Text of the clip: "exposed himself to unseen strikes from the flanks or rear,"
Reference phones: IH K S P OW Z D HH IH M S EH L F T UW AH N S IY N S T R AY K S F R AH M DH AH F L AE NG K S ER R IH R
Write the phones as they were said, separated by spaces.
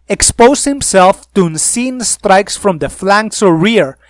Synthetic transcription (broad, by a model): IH K S P OW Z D HH IH M S EH L F T UW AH N S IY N S T R AY K S F R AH M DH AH F L AE NG K S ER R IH R